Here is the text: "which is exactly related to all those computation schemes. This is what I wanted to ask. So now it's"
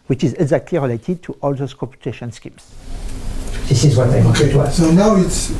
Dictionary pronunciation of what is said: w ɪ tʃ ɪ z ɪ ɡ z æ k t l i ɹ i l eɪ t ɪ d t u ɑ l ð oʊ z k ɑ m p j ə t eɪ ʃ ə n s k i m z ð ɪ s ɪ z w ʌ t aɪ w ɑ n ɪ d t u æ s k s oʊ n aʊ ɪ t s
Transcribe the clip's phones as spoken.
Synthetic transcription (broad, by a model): w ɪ tʃ ɪ z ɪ ɡ z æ k t l i ɹ i l eɪ t ɪ d t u ɑ l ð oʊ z k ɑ p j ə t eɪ ʃ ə n s k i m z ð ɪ s ɪ z w ʌ t aɪ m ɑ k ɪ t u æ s s oʊ n aʊ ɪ t s